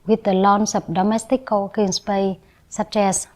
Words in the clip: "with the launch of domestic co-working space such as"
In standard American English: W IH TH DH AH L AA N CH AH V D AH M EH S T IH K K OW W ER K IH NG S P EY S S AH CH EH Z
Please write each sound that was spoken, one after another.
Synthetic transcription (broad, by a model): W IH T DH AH L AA N S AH P D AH M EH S T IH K K OW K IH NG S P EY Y S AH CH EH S